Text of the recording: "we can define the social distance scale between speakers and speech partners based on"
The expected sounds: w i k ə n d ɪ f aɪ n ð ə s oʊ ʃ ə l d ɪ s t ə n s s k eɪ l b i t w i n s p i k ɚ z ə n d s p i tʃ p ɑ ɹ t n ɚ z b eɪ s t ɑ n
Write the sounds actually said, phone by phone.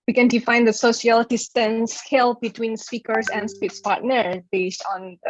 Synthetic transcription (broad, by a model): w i k ə n d ɪ f aɪ n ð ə s oʊ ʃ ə l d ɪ s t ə n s s k eɪ l b i t w i n s p i k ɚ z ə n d s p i s p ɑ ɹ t n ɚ b eɪ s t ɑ n